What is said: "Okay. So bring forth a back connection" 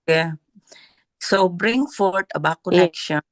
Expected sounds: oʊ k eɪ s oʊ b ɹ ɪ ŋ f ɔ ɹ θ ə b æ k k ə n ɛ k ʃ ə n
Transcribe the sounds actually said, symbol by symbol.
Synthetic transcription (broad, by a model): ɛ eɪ s oʊ b ɹ ɪ ŋ f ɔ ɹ t ə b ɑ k k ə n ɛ k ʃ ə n